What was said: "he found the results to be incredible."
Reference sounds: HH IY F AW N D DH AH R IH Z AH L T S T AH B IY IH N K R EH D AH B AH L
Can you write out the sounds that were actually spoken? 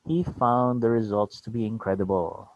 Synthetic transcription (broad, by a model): HH IY F AW N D DH AH R IH Z AH L T S T AH B IY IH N K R EH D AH B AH L